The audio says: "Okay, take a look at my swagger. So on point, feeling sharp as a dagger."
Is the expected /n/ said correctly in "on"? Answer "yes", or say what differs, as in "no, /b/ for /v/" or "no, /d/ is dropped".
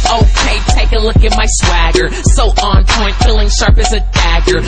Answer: yes